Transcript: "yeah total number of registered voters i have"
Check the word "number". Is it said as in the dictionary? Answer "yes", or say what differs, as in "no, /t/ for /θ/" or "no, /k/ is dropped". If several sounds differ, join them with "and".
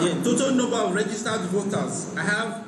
no, /m/ is dropped